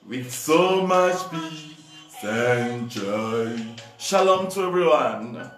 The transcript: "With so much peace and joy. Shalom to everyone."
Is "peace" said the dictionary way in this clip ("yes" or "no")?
no